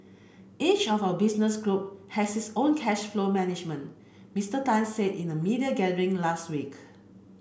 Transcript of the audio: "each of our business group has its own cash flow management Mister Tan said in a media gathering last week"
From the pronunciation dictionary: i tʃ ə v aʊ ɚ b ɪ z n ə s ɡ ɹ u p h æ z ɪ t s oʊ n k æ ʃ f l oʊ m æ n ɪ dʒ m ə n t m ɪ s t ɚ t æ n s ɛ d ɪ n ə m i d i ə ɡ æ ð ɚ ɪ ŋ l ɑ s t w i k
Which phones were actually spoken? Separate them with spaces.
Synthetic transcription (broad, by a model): i tʃ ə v aʊ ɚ b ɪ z n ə s ɡ ɹ u p h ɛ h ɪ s oʊ n k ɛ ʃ f l oʊ m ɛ n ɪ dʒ m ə n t m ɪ s t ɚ t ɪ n s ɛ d ɪ n ə m i d i ə ɡ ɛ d ɚ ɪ ŋ l ɑ s t w i k